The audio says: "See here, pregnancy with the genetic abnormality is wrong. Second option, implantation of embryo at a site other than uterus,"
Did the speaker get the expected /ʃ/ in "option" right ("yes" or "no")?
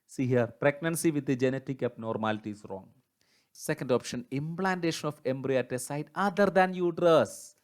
yes